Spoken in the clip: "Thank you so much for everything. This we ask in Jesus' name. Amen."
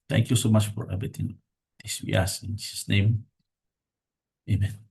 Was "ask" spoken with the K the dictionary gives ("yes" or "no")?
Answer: no